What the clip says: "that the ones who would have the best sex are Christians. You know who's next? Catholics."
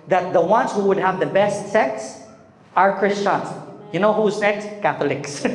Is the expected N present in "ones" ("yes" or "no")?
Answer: yes